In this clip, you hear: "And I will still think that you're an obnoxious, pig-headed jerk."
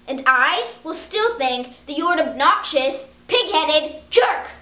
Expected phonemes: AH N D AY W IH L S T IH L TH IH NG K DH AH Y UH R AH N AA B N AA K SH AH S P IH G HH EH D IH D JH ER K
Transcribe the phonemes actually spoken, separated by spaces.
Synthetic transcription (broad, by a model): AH N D AY W IH L S T IH L TH IH NG K DH AH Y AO R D AA B N AA K SH AH S P IH G HH EH D IH D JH ER K